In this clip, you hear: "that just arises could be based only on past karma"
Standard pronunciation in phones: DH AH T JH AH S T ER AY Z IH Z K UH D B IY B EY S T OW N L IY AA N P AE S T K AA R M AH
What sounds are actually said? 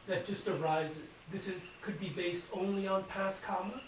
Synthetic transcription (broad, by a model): DH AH T JH AH S T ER AY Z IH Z K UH D B IY B EY S T OW N L IY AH N P AE S K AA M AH